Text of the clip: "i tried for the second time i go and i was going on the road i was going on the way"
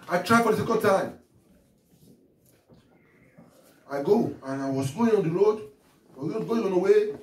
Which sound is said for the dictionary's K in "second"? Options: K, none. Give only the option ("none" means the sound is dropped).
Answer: K